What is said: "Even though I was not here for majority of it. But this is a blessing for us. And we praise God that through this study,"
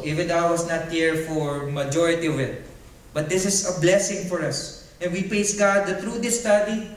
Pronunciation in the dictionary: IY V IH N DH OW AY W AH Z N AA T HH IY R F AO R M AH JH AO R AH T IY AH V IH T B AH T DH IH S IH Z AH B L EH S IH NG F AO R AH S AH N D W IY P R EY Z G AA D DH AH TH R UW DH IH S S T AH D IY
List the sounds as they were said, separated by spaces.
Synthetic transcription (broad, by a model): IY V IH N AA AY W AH S N AA T HH IY R F AO R M AH JH AO R AH T IY AH V IH T B AH T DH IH S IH S AH B L EH S IH NG F AO R AH S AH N W IY P R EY S G AA D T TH R UW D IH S S T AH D IY